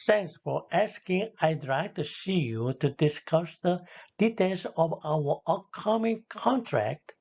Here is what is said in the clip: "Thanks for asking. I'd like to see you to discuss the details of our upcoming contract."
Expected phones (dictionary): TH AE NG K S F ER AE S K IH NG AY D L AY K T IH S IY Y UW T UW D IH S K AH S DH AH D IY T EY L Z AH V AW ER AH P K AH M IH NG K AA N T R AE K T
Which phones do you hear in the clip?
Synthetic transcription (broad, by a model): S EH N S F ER AE S K IH NG AY D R AY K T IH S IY Y UW T UW D IH S K AH S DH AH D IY T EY L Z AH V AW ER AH K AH M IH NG K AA N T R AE K T